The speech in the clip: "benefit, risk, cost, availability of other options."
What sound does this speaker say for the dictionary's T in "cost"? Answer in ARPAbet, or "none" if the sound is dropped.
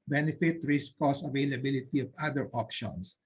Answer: none